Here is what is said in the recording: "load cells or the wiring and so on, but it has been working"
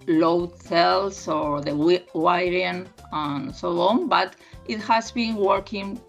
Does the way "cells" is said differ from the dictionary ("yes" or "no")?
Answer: yes